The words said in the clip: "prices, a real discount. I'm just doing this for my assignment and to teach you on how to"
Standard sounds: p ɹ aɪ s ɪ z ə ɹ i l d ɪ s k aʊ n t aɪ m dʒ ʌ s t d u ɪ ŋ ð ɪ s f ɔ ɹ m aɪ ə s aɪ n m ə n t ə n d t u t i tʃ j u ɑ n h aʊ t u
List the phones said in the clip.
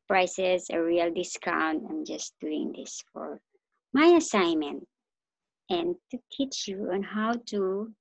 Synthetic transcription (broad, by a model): p ɹ aɪ s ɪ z ə ɹ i l d ɪ s k aʊ n t aɪ m dʒ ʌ s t d u ɪ ŋ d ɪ s f ɔ ɹ m aɪ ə s aɪ n m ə n t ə n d t u t i tʃ j u ɑ n h aʊ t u